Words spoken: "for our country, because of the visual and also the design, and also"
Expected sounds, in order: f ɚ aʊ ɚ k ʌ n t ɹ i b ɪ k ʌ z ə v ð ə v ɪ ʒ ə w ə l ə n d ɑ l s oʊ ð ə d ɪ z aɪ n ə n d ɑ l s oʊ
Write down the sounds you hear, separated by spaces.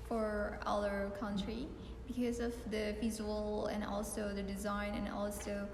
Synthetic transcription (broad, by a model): f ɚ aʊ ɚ k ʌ n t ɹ i b ɪ k ʌ z ə v ð ə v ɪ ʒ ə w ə l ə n ɑ l s oʊ ð ə d ɪ z aɪ n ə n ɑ l s oʊ